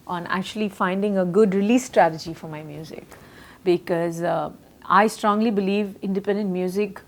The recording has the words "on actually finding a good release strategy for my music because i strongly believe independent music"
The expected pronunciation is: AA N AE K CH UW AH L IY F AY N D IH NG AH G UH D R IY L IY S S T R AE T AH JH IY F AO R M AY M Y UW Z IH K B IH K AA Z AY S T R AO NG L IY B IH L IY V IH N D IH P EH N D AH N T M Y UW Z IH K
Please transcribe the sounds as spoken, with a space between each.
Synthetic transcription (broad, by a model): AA N AE K CH UW AH L IY F AY N D IH NG AH G UH D R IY L IY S S T R AE T AH JH IY F AO R M AY M Y UW Z IH K B IH K AA Z AY S T R AO NG L IY B IH L IY V IH N D IH P EH N D AH N T M Y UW Z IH K